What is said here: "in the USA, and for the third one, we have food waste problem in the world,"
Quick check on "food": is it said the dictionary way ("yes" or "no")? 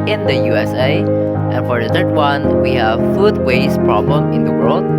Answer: yes